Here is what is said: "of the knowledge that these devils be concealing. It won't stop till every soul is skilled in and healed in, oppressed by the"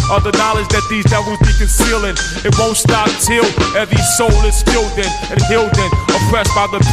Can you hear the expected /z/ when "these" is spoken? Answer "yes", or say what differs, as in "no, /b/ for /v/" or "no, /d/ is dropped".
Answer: yes